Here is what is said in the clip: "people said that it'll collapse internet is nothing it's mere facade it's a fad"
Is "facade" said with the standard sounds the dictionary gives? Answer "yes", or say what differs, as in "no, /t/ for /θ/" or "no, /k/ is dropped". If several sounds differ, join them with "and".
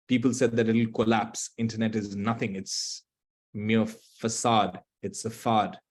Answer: yes